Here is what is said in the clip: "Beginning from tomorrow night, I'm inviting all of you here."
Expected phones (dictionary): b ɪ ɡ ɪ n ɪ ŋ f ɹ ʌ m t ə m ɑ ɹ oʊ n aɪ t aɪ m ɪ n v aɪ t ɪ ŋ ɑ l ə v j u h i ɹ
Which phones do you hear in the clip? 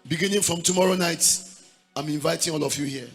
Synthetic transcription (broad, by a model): b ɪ ɡ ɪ n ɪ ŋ f ɹ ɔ m t ə m ɑ ɹ oʊ n aɪ t aɪ m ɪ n v aɪ t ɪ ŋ ɑ l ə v j u h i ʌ